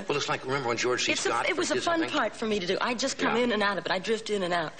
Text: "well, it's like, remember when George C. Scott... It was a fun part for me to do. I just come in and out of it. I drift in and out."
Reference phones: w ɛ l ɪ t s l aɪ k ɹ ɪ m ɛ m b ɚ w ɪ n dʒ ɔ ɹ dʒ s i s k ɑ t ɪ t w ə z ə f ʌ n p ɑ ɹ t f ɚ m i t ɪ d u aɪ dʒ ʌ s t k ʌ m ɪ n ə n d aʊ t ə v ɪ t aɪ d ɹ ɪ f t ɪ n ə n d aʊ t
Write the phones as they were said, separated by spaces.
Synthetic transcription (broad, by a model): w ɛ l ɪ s l aɪ k ɹ ɪ m ɛ m b ɚ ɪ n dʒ ɔ ɹ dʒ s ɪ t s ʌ ɪ t w ə z ə f ʌ n p ɑ ɹ t f ɚ m i t ɪ d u aɪ dʒ ʌ s k ʌ m ɪ n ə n aʊ t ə b ɪ t aɪ d ɹ ɪ f t ɪ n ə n aʊ t